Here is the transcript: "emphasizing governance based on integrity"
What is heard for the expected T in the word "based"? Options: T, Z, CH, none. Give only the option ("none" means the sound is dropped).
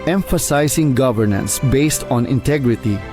T